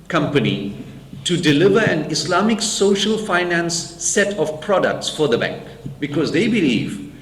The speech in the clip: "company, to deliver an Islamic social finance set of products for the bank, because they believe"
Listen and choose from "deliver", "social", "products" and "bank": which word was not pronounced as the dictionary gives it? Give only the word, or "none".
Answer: none